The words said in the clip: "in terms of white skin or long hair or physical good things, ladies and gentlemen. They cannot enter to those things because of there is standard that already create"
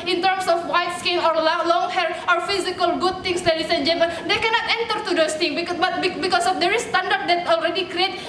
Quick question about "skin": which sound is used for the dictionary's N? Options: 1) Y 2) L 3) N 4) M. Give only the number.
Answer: 2